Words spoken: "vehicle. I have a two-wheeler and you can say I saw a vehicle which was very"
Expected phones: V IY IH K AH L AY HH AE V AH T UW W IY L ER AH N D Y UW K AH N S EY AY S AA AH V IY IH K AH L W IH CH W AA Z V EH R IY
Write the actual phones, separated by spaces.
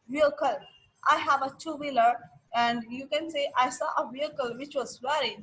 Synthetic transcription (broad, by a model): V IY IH K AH L AY HH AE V AH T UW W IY L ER AH N D Y UW K AH N S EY AY S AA AH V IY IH K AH L W IH CH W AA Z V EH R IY